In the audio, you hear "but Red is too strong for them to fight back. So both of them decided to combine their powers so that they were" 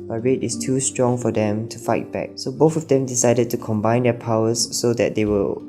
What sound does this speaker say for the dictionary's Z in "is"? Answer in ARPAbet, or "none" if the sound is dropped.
S